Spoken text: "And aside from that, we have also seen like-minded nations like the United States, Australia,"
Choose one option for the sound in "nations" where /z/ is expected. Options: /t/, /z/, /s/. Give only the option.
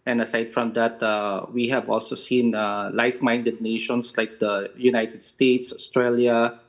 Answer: /s/